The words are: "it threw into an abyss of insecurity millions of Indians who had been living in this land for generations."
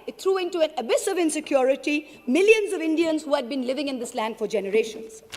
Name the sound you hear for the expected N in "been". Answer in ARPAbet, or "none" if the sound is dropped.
N